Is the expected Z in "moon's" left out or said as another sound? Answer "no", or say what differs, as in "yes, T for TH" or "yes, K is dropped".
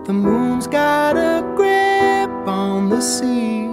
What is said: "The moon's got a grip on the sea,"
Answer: no